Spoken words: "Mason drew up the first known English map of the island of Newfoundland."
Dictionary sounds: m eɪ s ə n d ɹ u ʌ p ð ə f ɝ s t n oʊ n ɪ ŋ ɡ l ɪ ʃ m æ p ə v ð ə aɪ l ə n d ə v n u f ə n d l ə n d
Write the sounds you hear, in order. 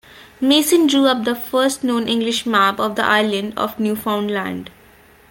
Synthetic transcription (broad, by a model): m eɪ s ə n d ɹ u ʌ p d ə f ɝ s t n oʊ n ɪ ŋ ɡ l ɪ ʃ m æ b ə v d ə aɪ l ə n d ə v n u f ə n d l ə n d